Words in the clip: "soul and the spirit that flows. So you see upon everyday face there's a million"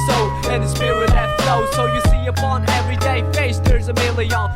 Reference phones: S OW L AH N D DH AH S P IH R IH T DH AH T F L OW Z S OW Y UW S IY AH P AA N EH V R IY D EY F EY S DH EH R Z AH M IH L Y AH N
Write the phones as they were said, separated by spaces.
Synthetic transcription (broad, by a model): S OW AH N DH AH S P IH W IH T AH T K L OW S OW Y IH S IY AH P AA N EH V R IY D EY F EY S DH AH R Z AH M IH L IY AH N